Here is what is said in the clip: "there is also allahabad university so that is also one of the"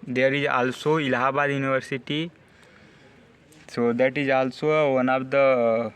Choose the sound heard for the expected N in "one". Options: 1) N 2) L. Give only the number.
1